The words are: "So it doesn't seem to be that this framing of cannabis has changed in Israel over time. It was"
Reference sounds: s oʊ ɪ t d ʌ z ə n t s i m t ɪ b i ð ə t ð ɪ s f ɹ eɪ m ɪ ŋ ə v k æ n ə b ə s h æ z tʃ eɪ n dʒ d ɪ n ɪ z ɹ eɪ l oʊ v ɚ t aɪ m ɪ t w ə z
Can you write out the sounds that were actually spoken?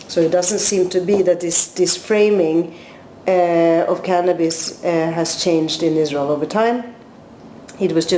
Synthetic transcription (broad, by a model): s oʊ ɪ t d ʌ z ə n t s i m t ɪ b i ð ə t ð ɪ s f ɹ eɪ m ɪ ŋ ə v k æ n ə b ə s h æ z tʃ eɪ n dʒ d ɪ n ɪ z ɹ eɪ l oʊ v ɚ t aɪ m ɪ t w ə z